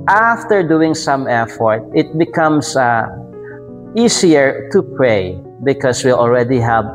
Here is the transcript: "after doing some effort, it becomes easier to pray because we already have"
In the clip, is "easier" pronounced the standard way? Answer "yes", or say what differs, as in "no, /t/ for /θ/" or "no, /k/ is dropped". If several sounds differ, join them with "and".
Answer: no, /s/ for /z/